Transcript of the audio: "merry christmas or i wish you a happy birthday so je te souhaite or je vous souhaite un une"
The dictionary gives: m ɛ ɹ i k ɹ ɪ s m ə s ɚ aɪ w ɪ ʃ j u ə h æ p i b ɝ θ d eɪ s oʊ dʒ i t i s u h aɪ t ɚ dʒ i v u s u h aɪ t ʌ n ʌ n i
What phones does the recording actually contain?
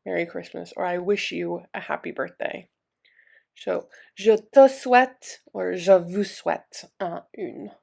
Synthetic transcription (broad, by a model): m ɛ ɹ i k ɹ ɪ s m ə s ɚ aɪ w ɪ ʃ j u ə h æ p i b ɝ θ d eɪ s oʊ ʒ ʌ t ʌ s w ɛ t ɚ ʒ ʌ v u s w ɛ t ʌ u n